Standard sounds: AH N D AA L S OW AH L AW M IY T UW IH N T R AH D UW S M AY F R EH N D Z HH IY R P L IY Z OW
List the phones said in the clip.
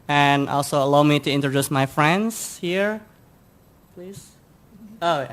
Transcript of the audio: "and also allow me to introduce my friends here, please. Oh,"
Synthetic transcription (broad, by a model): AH N AA L S OW AH L AW M IY T UW IH N T R AH D UW S M AY F R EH N D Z HH IY R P L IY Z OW